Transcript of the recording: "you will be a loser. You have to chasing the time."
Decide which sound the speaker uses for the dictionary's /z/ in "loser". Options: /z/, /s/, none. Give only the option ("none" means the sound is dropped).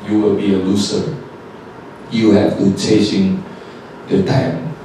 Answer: /s/